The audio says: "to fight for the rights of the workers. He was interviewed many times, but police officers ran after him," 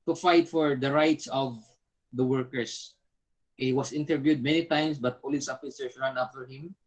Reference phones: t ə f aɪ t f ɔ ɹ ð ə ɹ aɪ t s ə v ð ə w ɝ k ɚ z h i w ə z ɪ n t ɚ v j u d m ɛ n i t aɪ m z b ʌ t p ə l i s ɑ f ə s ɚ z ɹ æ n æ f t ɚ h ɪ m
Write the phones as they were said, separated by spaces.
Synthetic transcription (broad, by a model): t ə f aɪ t f ɔ ɹ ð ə ɹ aɪ t s ə v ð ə w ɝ k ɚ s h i w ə s ɪ n t ɚ v j u d m ɛ n i t aɪ m s b ʌ t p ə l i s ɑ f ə s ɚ s ɹ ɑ n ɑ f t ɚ h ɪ m